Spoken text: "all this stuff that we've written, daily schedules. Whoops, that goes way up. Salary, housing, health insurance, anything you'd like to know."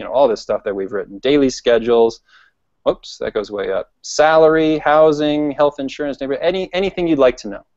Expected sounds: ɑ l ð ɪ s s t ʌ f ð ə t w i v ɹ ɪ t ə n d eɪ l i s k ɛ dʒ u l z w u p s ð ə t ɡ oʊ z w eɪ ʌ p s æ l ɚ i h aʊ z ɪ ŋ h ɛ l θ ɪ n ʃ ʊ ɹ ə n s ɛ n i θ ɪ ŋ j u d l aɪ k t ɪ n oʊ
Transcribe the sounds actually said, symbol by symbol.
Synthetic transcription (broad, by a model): ɑ l ð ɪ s s t ʌ f ð ə t w i v ɹ ɪ t n d eɪ l i s k ɛ dʒ l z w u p s ð ə t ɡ oʊ z w eɪ ʌ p s æ l ɚ i h aʊ z ɪ ŋ h ɛ l θ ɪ n ʃ ʊ ɹ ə n s ɛ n i θ ɪ ŋ j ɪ d l aɪ k t ɪ n oʊ